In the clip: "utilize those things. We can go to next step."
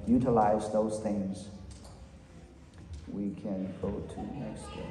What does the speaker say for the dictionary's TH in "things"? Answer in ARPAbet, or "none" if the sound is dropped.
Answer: TH